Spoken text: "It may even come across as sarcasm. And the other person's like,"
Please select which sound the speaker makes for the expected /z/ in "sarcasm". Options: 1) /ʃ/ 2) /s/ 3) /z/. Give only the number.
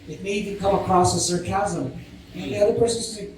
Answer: 3